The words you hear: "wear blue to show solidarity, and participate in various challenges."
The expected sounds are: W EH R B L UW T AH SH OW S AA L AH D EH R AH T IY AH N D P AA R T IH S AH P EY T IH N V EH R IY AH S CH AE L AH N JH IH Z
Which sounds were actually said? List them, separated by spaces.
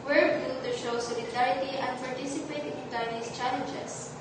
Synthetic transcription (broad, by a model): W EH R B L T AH SH OW S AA L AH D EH R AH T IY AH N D P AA R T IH S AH P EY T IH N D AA IY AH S CH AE L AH N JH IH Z